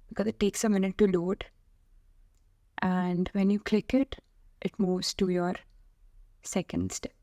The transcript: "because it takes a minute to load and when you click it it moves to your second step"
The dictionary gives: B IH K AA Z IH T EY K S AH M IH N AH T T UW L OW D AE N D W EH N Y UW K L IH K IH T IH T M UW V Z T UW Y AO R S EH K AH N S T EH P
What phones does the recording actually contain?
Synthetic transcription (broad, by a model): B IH K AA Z IH T EY K S AH M IH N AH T T UW L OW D AE N D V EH N Y UW K L IH K IH T IH T M UW V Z T UW Y AO R S EH K AH N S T